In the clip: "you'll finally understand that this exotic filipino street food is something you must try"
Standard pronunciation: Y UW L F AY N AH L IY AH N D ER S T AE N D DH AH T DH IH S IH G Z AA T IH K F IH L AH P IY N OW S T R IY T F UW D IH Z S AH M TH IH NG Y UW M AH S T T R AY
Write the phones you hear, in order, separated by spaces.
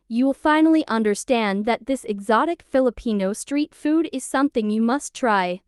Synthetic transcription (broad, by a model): Y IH L F AY N L IY AH N D ER S T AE N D DH AH T DH IH S IH G Z AA T IH K F IH L AH P IY N OW S T R IY T F UW D IH Z S AH M TH IH NG Y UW M AH S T T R AY